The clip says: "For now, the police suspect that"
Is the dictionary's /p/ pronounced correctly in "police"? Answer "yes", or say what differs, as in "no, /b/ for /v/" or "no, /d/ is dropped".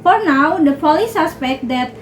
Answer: no, /f/ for /p/